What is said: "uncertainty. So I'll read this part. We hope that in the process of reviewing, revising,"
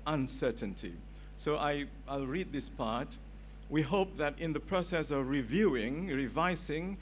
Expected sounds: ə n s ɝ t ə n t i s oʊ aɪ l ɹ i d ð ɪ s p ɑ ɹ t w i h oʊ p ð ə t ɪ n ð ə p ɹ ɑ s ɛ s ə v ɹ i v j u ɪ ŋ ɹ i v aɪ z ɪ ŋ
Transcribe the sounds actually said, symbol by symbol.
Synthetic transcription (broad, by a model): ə n s ɝ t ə n t i s oʊ aɪ l ɹ i d ð ɪ s p ɑ ɹ t w i h oʊ p ð ə t ɪ n ð ə p ɹ ɑ s ɛ s ə v ɹ i v j u ɪ ŋ ɹ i v aɪ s ɪ ŋ